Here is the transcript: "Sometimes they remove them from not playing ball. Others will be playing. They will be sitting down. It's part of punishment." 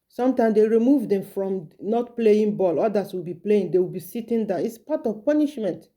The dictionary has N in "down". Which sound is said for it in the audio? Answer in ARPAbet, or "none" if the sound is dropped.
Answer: none